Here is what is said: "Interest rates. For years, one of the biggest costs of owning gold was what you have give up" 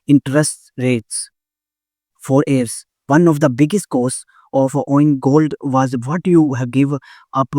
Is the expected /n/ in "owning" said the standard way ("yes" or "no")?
no